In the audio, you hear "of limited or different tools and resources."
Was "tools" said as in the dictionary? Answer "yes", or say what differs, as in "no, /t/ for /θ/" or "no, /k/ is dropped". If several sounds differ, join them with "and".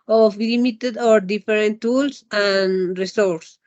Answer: no, /s/ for /z/